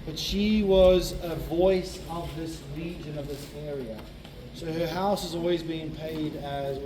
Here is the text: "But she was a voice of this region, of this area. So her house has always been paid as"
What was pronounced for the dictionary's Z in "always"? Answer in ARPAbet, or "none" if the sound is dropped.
Z